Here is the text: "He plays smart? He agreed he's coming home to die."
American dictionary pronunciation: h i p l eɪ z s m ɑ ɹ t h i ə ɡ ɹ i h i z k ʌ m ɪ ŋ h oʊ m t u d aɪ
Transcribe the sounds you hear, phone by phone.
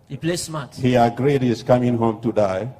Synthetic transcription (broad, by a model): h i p l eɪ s m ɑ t h i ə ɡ ɹ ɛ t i s k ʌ m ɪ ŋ h oʊ m t u d aɪ